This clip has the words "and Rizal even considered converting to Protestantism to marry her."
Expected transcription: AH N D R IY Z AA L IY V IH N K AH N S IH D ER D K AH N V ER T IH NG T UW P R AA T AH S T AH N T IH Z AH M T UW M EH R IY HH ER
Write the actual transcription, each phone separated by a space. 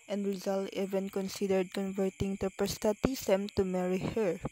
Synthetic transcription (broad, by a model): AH N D R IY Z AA L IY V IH N K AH N S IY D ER D K AH N V ER T IH NG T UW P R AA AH S T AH T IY S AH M T UW M EH R IY HH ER